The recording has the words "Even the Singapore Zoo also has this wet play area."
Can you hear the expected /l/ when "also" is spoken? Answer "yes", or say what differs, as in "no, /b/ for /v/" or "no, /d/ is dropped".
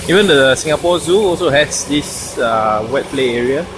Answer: yes